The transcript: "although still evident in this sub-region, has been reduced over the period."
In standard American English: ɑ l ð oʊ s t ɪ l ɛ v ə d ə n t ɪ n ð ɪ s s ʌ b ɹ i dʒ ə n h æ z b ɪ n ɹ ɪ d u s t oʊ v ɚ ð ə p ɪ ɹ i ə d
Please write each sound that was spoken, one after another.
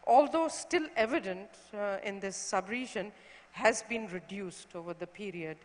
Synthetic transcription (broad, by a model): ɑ l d oʊ s t ɪ l ɛ v ə d ə n t ɪ n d ɪ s s ʌ b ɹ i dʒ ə n h æ z b ɪ n ɹ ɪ d u s t oʊ v ɚ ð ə p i ɹ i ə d